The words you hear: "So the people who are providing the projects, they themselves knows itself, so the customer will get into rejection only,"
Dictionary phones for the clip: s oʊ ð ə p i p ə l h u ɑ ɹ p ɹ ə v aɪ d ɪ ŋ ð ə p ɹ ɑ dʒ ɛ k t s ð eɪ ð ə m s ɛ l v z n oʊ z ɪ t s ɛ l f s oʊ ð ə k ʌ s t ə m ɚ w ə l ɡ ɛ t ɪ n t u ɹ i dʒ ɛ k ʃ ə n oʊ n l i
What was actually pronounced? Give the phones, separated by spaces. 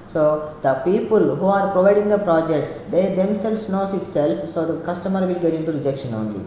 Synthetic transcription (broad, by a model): s oʊ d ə p i p ə l h u ɑ ɹ p ɹ ə v aɪ d ɪ ŋ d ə p ɹ ɑ dʒ ɛ k t s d eɪ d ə m s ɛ l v s n oʊ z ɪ t s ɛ l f s oʊ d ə k ʌ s t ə m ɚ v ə l ɡ ɛ t ɪ n t u ɹ i dʒ ɛ k ʃ ə n oʊ n l i